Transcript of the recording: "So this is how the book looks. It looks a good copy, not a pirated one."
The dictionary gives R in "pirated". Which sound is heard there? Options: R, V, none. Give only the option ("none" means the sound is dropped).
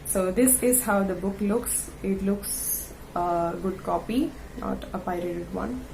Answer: R